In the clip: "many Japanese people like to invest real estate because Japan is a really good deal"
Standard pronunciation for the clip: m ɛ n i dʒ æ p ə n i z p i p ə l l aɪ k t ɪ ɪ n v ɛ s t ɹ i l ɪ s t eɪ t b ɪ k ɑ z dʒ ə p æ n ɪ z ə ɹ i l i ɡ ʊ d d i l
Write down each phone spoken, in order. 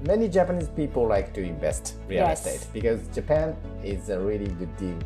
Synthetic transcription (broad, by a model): m ɛ n i dʒ æ p ə n i z p i p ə l l aɪ k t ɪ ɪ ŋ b ɛ s t ɹ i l ɪ s t eɪ t b ɪ k ɑ z dʒ ə p æ n ɪ z ə ɹ i l i ɡ ʊ d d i l